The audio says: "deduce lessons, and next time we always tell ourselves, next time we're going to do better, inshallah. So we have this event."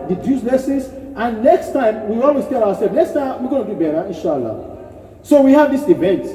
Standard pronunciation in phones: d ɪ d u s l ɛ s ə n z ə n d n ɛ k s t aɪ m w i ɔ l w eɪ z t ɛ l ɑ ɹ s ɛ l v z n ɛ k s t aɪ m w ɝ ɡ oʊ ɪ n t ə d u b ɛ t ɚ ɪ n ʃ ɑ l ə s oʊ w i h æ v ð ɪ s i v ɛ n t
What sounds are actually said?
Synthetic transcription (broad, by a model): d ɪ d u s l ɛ s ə z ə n n ɛ k s t aɪ m w i ɔ l w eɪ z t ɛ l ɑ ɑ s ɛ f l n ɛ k s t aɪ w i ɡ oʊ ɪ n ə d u b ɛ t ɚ ɪ n ʃ ɑ l ə s oʊ w i h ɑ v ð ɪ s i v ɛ n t